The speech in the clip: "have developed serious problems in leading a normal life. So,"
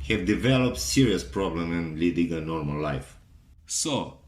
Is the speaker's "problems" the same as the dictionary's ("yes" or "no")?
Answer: no